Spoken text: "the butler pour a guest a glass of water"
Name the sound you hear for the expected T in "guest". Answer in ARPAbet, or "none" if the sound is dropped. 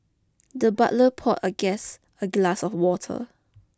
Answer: none